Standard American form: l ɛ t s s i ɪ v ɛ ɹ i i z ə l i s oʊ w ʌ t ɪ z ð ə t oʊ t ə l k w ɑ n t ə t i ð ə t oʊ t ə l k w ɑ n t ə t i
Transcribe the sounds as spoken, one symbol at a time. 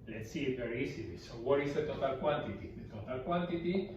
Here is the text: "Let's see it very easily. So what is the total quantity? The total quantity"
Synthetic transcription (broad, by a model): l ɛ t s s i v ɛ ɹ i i s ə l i s oʊ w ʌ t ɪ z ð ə t oʊ t ə l k w ɑ n t ə t i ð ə t oʊ t ə l k w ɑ n t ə t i